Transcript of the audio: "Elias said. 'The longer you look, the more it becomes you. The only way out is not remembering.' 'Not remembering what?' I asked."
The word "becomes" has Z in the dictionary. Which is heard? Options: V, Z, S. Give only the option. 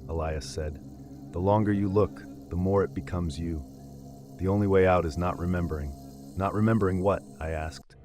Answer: Z